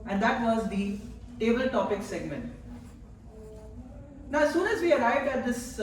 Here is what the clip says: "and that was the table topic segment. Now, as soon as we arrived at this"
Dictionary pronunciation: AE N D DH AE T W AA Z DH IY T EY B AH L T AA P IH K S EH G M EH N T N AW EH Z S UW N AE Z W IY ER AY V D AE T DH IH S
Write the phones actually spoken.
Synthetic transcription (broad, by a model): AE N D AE T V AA Z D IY T EY B AH L T AA P IH K S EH G M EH N T N AW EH S UW N AE Z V IY ER AY V D AE T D IH S